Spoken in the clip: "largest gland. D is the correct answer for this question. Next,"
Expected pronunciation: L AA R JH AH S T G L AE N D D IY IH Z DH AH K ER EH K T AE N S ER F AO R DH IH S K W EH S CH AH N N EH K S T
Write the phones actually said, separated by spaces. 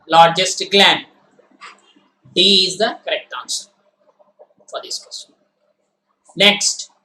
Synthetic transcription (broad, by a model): L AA R JH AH S T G L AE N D D IY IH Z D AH K ER EH K T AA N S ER F AO R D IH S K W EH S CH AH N N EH K S T